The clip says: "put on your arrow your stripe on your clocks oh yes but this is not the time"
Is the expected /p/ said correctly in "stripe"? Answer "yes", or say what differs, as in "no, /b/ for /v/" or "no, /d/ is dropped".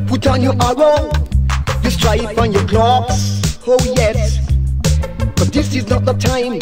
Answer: no, /f/ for /p/